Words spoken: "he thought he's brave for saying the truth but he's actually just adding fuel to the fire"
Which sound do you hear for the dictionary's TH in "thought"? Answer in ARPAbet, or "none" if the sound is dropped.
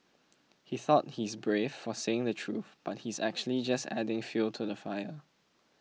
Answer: TH